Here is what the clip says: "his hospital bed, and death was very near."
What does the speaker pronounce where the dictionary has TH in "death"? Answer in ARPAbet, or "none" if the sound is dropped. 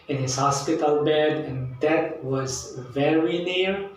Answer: T